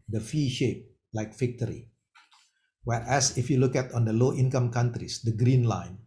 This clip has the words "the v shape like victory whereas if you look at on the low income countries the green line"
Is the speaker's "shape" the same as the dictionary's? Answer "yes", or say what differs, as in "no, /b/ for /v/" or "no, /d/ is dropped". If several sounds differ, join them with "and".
yes